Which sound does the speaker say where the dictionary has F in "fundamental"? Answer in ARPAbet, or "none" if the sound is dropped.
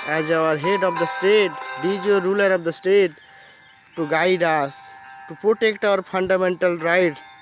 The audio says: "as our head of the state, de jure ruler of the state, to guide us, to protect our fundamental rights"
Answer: P